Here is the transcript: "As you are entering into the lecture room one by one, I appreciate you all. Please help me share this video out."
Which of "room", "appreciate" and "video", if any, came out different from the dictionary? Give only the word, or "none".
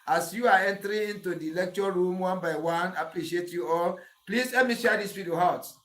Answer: video